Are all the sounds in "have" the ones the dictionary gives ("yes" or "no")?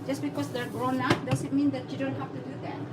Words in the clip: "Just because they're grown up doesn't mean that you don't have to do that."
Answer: no